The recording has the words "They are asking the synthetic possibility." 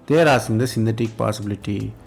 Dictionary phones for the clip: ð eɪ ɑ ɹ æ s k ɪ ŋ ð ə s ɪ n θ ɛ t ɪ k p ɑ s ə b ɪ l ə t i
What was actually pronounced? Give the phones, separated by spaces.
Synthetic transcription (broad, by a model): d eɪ ɹ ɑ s ɪ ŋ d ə s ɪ n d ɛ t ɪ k p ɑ s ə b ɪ l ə t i